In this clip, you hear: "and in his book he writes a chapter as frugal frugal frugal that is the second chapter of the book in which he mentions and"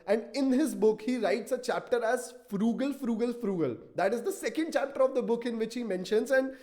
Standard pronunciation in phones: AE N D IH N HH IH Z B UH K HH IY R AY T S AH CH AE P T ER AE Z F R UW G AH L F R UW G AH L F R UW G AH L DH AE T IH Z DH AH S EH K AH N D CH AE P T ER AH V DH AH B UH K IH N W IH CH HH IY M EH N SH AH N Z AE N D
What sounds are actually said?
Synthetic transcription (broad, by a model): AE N D IH N HH IH Z B UH K HH IY R AY T S AH CH AE P T ER AE Z F R UW G AH L F R UW G AH L F R UW G AH L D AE T IH Z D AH S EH K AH N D CH AE P T ER AH V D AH B UH K IH N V IH CH HH IY M EH N SH AH N Z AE N D